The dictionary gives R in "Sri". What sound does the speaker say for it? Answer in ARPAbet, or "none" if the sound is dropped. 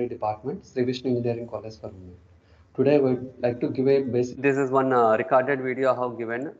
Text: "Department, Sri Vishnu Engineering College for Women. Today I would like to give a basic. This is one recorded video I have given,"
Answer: R